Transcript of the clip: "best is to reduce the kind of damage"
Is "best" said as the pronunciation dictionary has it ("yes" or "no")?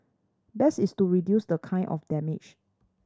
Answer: no